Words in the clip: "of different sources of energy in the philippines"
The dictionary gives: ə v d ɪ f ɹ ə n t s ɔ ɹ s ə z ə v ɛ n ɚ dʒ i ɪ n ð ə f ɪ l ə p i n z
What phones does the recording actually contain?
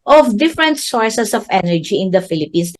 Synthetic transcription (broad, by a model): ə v d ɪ f ɹ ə n t s ɔ ɹ s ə s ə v ɛ n ɚ dʒ i ɪ n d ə f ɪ l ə p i n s